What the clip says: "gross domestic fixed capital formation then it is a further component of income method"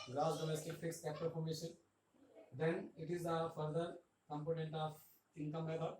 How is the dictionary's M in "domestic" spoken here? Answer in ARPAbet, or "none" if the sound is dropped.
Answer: M